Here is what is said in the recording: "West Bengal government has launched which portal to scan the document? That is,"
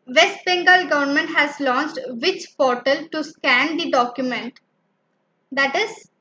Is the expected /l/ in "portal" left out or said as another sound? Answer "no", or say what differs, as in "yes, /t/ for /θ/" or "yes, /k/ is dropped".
no